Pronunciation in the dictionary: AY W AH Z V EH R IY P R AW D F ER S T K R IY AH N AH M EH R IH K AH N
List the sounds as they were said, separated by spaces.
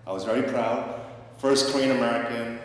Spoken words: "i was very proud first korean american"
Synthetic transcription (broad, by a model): AY W AH Z V EH R IY P R AW D F ER S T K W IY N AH M EH R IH K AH N